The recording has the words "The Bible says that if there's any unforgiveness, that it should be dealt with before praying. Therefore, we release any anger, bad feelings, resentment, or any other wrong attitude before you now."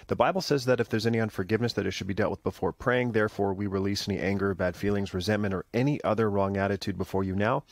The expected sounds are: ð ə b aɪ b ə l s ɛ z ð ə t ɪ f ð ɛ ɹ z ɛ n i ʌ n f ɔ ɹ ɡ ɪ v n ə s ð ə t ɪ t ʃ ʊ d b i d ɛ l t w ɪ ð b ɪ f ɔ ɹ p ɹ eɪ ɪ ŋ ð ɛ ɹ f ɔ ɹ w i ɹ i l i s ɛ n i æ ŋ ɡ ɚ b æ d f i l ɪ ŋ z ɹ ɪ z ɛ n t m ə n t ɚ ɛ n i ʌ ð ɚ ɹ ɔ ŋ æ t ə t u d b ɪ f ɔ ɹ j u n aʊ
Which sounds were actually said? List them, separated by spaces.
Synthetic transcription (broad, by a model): ð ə b aɪ b l s ɛ z ð ə t ɪ f ð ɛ ɹ z ɛ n i ʌ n f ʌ ɹ ɡ ɪ v n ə s ð ə t ɪ t ʃ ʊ d b i d ɛ l t w ɪ ð b ɪ f ɔ ɹ p ɹ eɪ ɪ ŋ ð ɛ ɹ f ɔ ɹ w i ɹ i l i s ɛ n i æ ŋ ɡ ɚ b æ d f i l ɪ ŋ z ɹ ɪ z ɛ n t m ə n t ɚ ɛ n i ʌ ð ɚ ɹ ɔ ŋ æ t ə t u d b ɪ f ɔ ɹ j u n aʊ